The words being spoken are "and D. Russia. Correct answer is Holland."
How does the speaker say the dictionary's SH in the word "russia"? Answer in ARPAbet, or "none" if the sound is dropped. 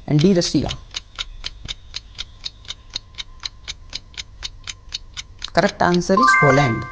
S